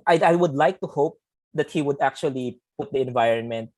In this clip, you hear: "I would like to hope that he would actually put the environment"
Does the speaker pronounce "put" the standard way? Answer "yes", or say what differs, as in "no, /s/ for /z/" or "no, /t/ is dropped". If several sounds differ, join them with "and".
yes